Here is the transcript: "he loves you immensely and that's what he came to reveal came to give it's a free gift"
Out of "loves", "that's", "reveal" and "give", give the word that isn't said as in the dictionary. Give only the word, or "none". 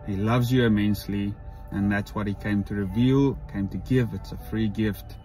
none